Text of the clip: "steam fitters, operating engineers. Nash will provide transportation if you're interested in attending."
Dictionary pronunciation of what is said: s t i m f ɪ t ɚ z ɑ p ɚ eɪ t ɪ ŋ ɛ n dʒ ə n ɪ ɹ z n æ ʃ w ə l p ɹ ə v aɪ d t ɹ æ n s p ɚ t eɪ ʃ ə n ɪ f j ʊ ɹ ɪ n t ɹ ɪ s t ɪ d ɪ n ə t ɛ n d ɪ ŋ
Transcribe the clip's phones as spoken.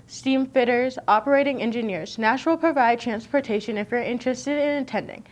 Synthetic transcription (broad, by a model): s t i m f ɪ t ɚ z ɑ p ɚ eɪ t ɪ ŋ ɛ n dʒ ə n ɪ ɹ z n æ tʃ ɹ l p ɹ ə v aɪ d t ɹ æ n s p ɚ t eɪ ʃ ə n ɪ f j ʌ ɹ ɪ n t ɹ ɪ s t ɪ d ɪ n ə t ɛ n d ɪ ŋ